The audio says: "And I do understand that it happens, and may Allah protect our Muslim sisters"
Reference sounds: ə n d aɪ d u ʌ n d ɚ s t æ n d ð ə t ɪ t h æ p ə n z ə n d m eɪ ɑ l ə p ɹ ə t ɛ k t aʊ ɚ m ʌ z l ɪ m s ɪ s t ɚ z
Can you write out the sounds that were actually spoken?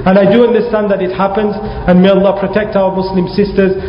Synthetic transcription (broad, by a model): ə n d aɪ d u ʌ n d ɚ s t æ n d ð ə t ɪ t h æ p ə n z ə n m eɪ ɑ l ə p ɹ ə t ɛ k t aʊ ɚ m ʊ s l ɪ m s ɪ s t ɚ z